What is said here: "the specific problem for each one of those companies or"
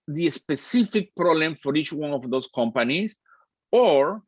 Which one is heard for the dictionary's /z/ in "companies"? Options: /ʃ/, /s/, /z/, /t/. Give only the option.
/s/